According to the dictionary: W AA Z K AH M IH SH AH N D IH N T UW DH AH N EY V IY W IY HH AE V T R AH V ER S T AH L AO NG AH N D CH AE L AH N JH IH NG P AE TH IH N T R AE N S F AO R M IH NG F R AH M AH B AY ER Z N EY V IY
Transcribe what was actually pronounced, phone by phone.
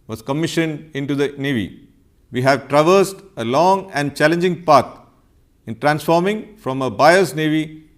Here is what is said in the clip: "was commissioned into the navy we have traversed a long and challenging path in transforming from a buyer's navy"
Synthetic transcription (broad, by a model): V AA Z K AH M IH SH AH N D IH N T UW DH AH N EY V IY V IY HH AE V T R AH V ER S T AH L AO NG AH N D CH AE L AH N JH IH NG P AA T IH N T R AE N S F AO R M IH NG F R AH M AH B AY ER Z N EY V IY